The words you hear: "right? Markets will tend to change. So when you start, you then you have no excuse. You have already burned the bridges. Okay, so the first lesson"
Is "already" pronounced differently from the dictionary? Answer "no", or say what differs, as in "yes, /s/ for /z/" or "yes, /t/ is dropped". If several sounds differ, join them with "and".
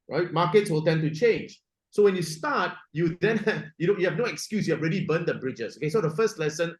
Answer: no